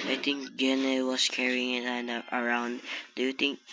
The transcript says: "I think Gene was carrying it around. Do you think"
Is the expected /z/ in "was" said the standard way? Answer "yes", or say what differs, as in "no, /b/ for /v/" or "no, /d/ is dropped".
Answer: no, /s/ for /z/